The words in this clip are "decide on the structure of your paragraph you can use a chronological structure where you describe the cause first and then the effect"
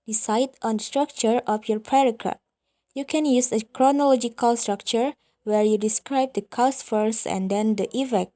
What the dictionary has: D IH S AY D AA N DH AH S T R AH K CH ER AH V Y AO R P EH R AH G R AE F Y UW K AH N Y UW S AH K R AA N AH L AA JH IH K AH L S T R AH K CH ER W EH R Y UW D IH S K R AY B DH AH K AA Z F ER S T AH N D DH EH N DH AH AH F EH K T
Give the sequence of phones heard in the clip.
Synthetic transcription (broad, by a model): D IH S AY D AA N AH S T R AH K CH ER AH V Y AO R P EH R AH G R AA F Y UW K AH N Y UW S AH K R AA N AH L AA JH IH K AH L S T R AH K CH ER W EH R Y UW D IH S K R AY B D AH K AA S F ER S AH N D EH N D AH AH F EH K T